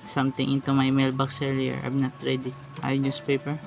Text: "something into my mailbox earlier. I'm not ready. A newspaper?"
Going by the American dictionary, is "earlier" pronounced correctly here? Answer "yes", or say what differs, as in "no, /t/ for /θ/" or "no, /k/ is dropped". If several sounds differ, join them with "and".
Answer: no, /l/ is dropped